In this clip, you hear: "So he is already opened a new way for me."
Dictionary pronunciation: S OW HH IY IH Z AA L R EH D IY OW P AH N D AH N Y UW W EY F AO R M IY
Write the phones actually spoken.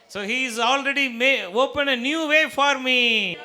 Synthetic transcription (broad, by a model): S OW HH IY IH Z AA L R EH D IY OW P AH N AH N Y UW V EY F AO R M IY